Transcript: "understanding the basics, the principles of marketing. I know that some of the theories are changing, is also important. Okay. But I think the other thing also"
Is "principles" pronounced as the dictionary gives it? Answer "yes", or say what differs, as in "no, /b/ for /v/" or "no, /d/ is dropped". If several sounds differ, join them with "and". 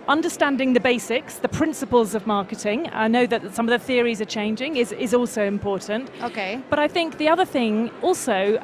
yes